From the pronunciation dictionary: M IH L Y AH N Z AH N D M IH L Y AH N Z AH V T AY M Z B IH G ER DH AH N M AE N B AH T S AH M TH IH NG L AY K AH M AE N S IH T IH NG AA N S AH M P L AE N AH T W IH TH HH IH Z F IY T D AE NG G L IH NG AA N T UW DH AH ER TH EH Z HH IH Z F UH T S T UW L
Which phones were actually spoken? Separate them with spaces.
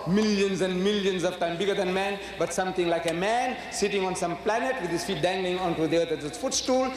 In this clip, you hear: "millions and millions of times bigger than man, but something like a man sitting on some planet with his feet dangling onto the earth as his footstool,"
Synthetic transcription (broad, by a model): M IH L Y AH N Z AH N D M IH L Y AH N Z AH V T AY M B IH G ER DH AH N M AE N B AH T S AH M T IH NG L AY K AH M AE N S IH T IH NG AA N S AH M P L AE N AH T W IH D HH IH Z F IY T D AE NG G L IH NG AA N T UW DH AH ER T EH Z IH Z F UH T S T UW L